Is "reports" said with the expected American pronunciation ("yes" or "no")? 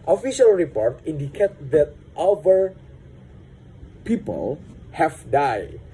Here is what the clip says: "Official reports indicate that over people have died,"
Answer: no